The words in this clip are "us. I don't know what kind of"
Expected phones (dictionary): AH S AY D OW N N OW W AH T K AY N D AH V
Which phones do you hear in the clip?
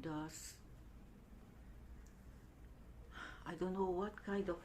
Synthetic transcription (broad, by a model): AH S AY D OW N N OW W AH T K AY N D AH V